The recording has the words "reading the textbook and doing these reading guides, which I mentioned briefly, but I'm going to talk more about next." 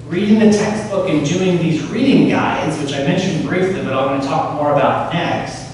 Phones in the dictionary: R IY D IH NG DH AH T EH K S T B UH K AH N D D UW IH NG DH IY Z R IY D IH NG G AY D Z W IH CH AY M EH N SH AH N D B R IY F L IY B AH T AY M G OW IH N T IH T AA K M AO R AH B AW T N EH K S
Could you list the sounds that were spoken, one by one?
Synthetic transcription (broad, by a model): R IY D IH NG DH AH T EH K S T B UH K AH N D D UW IH NG DH IY Z R IY D IH NG G AY D Z W IH CH AY M EH N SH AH N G R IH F L IY B AH T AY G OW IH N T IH T AA K M AO R AH B AW T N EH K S